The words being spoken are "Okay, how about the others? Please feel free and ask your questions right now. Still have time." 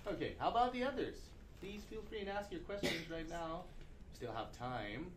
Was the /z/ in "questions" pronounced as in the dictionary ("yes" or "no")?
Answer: yes